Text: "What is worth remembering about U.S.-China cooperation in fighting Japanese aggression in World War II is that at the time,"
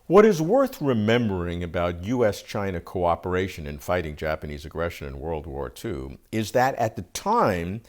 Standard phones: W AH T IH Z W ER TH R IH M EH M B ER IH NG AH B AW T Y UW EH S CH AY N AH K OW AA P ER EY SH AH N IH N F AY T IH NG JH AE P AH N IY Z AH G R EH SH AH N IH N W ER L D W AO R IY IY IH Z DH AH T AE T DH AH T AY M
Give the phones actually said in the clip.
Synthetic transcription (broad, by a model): W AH T IH Z W ER TH R IH M EH M B ER IH NG AH B AW T Y UW EH S CH AY N AH K OW AA P ER EY SH AH N IH N F AY T IH NG JH AE P AH N IY Z AH G R EH SH AH N IH N W ER L D W AO R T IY IH Z DH AH T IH T DH AH T AY M